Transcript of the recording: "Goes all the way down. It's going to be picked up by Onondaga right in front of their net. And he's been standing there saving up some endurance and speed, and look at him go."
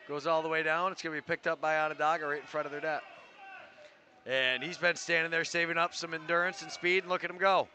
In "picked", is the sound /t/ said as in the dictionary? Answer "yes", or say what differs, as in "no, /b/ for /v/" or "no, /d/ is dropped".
yes